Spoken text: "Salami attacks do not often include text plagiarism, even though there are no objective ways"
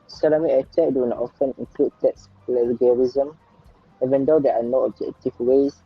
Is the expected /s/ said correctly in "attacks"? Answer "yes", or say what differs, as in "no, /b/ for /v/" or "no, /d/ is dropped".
no, /s/ is dropped